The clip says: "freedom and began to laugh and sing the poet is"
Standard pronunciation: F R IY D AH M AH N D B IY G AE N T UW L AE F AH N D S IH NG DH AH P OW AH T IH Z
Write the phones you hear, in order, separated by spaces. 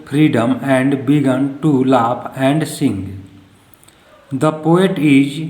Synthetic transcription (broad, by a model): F R IY D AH M AH N D B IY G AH N T UW L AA P AH N D S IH NG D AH P OW AH T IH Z